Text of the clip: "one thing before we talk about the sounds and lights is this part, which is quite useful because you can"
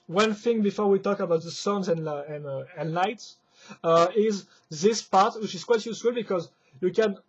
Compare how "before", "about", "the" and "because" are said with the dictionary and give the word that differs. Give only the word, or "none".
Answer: none